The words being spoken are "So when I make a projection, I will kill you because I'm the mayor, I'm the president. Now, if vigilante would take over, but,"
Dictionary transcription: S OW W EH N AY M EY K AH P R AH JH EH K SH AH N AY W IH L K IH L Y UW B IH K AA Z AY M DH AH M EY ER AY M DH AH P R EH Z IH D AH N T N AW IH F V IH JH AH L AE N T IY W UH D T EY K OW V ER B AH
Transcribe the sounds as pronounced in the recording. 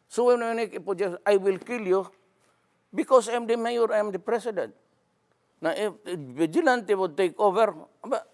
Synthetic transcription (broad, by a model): S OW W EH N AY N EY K AH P AH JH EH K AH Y W IH L K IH L Y UW B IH K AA S AY M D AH M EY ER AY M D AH P R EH S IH D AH N T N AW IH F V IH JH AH L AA N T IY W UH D T EY K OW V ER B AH